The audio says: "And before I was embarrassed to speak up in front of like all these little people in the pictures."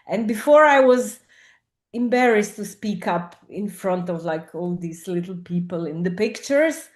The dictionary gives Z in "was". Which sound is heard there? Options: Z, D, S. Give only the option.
Z